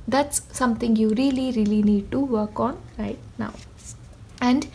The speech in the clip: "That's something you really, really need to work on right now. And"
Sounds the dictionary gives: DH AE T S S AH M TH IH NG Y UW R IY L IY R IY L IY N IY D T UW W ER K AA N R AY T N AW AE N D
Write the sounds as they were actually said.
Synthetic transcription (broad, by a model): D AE T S S AH M T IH NG Y UW R IY L IY R IY L IY N IY D T UW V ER K AA N R AY T N AW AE N D